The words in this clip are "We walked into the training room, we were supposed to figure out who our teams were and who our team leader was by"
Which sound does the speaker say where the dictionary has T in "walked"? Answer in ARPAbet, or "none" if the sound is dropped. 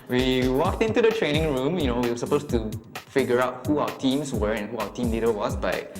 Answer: T